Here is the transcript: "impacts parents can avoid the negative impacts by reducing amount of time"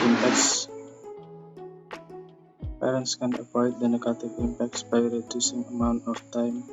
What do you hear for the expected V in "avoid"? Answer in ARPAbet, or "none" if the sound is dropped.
W